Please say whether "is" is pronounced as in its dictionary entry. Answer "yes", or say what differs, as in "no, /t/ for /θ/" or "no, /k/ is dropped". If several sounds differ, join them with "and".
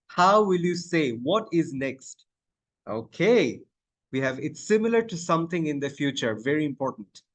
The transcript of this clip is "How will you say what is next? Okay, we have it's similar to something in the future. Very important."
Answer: yes